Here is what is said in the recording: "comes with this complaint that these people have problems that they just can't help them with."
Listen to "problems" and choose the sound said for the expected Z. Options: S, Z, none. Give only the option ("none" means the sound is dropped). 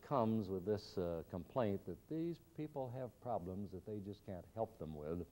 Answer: Z